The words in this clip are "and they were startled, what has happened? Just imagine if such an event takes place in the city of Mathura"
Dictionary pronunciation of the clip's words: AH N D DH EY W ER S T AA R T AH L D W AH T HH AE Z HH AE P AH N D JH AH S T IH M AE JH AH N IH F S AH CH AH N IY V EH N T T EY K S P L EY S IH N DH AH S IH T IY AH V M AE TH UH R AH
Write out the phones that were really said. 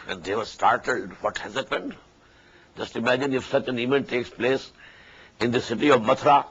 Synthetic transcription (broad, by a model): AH N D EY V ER S T AA R T AH L D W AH T HH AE Z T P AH N JH AH S T IH M AE JH AH N IH F S AH CH AH N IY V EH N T T EY K S P L EY S IH N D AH S IH T IY AH V M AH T R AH